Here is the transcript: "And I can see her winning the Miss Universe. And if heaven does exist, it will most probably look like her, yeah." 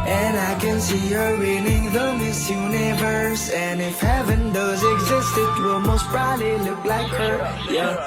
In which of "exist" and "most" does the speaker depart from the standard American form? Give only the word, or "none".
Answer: none